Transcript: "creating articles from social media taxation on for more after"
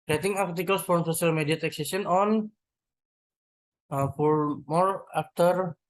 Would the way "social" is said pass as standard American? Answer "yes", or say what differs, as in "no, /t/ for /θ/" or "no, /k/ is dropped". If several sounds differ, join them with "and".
no, /s/ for /ʃ/